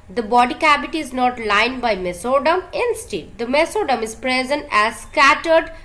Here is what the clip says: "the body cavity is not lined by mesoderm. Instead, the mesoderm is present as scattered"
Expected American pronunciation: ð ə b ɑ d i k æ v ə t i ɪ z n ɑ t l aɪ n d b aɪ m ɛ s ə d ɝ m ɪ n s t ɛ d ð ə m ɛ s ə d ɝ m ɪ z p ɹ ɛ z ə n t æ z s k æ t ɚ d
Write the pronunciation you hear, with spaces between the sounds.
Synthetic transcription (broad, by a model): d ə b ɑ d i k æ b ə t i ɪ z n ɑ t l aɪ n d b aɪ m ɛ s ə d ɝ m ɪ n s t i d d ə m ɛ s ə d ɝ m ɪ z p ɹ ɛ z ə n t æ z s k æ t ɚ d